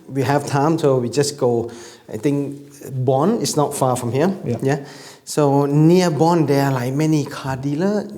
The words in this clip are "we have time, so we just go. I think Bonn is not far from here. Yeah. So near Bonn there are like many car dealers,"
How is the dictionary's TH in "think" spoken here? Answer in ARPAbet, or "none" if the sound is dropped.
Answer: T